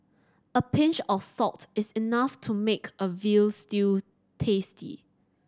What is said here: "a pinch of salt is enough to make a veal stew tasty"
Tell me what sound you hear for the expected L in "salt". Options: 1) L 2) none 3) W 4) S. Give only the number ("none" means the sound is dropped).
2